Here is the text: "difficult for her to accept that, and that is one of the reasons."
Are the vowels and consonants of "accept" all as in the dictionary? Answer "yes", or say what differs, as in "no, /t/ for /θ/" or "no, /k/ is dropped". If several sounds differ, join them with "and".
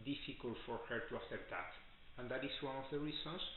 no, /k/ is dropped